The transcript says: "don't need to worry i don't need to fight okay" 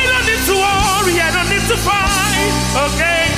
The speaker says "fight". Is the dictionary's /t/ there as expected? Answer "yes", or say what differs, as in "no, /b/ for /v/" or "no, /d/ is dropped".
no, /t/ is dropped